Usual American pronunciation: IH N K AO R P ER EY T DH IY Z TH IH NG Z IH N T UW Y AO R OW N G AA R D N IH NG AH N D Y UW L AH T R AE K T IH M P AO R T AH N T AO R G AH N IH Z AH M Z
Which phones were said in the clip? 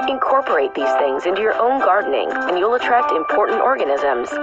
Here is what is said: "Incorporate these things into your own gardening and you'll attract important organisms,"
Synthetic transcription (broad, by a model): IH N K AO R P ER EY T DH IY Z TH IH NG Z IH N T UW Y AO R OW N G AA R D N IH NG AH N Y UW L AH T R AE K T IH M P AO R T N T AO R G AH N IH Z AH M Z